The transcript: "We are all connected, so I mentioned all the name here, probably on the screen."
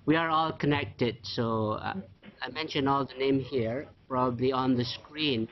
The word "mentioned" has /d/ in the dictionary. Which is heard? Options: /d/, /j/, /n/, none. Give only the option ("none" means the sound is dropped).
none